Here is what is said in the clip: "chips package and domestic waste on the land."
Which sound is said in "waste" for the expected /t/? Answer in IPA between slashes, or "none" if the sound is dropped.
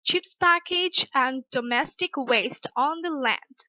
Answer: /t/